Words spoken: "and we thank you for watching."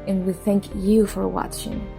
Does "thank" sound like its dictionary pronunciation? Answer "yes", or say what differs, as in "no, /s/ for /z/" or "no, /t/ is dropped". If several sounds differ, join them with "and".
yes